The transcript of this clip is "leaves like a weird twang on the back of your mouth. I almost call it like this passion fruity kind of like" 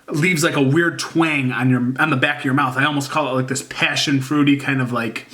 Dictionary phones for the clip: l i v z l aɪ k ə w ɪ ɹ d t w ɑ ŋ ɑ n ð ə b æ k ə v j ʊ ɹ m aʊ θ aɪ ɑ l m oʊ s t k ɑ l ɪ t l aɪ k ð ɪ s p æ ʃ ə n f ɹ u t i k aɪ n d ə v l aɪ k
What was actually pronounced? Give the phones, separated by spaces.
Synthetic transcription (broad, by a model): l i v z l aɪ k ə w ɪ ɹ d t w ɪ ŋ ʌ n ð ə b æ k ə v j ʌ ɹ m aʊ θ aɪ ɑ l m oʊ s t k ɑ l ɪ t l aɪ k ð ɪ s p æ ʃ ə n f ɹ u t i k aɪ n d ə v l aɪ k